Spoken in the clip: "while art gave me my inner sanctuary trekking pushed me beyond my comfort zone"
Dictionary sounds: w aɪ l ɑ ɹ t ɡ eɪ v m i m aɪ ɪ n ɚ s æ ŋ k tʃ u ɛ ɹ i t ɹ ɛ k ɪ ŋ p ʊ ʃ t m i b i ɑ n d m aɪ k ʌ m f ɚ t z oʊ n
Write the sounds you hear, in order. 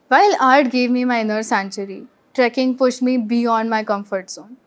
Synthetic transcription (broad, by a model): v aɪ l ɑ ɹ t ɡ eɪ v m i m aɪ ɪ n ɚ s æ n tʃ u ɹ i t ɹ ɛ k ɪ ŋ p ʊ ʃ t m i b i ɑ n d m aɪ k ʌ m f ɚ t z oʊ n